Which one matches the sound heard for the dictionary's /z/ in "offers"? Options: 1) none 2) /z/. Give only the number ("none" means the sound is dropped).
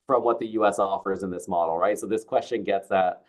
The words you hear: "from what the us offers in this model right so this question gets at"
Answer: 2